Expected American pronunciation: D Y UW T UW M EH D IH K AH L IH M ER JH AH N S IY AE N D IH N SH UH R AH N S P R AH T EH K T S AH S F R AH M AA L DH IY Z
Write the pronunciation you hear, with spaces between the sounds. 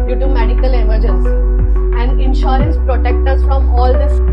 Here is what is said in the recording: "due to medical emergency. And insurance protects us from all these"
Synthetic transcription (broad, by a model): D Y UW T UW M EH D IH K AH L IH M ER JH AH N S IY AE N D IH N SH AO R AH N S P R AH T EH K T AH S F R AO M AA L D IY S